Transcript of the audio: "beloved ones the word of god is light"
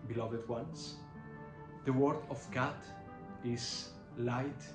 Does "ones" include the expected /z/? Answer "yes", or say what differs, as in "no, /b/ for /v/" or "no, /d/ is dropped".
no, /s/ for /z/